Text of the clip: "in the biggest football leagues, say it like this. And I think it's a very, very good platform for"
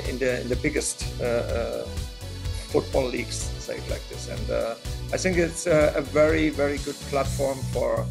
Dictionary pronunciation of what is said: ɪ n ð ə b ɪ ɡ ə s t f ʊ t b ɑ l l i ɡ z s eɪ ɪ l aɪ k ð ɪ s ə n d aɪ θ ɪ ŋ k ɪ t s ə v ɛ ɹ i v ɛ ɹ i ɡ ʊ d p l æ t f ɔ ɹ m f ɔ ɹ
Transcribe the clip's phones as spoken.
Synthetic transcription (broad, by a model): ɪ n ð ə b ɪ ɡ ə s t f ʊ t b ɑ l l i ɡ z s eɪ ɪ l aɪ k ð ɪ s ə n d aɪ θ ɪ ŋ k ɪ t s ə v ɛ ɹ i v ɛ ɹ i ɡ ʊ d p l æ t f ɔ ɹ m f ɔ ɹ